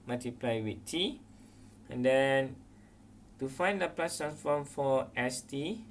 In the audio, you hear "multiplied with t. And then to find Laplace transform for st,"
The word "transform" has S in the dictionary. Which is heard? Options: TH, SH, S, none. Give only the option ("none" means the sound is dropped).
none